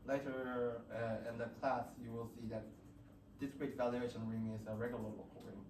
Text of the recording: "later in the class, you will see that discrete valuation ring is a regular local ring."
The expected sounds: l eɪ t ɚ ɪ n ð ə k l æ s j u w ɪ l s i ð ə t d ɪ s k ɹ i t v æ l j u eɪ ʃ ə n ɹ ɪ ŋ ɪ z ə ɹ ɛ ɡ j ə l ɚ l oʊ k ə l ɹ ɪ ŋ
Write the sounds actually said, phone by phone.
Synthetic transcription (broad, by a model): l eɪ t ɚ ɪ n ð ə k l æ s j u w ɪ l s i ð ə t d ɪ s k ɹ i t v æ l j u eɪ ʃ ə n ɹ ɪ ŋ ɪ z ə ɹ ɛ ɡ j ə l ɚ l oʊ ə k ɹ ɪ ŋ